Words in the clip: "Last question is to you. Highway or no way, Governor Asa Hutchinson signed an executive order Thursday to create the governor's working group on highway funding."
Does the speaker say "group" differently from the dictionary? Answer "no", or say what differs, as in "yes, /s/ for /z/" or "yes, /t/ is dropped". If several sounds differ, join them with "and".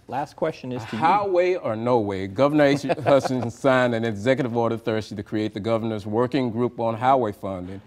no